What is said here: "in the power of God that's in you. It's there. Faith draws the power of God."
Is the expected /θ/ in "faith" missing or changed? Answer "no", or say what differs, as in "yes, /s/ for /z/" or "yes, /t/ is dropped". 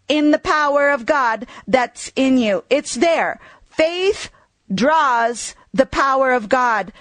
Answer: no